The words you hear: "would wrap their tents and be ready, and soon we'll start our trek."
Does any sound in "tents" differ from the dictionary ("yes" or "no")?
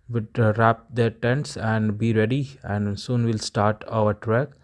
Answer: no